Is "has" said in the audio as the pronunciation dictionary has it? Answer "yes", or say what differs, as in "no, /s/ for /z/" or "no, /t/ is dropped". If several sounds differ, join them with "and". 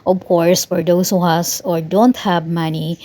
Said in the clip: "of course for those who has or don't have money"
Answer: no, /s/ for /z/